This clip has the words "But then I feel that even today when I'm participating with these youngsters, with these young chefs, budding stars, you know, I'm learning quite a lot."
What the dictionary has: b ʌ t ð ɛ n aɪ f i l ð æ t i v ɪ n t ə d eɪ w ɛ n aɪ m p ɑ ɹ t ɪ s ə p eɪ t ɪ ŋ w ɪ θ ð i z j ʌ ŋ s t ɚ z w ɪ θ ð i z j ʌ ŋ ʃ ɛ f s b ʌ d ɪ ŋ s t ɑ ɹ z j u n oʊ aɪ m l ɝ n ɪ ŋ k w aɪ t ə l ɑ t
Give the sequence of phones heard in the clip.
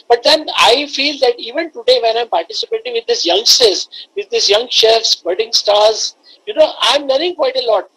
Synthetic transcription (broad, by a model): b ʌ t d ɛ n aɪ f i l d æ t i v ɪ n t ə d eɪ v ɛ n aɪ m p ɑ ɹ t ɪ s ə p eɪ t ɪ ŋ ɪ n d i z j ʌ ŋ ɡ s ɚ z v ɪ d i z j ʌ ŋ ʃ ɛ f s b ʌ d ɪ ŋ s t ɑ ɹ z j u n oʊ aɪ m n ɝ ɪ ŋ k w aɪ t ə l ɑ t